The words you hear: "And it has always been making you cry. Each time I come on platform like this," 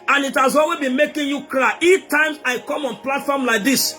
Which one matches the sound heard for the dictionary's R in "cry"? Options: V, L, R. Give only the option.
L